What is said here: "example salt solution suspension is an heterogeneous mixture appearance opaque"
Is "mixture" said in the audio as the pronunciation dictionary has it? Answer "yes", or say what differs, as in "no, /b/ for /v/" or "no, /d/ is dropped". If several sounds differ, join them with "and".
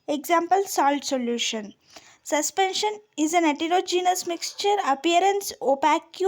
yes